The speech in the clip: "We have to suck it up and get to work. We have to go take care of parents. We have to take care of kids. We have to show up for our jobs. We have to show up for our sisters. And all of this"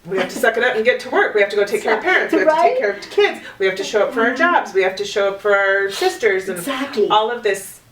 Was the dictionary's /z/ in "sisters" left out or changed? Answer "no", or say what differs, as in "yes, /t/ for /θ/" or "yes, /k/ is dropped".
no